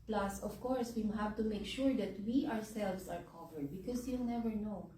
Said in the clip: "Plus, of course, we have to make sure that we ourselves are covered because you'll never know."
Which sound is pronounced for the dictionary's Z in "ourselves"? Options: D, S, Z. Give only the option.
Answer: S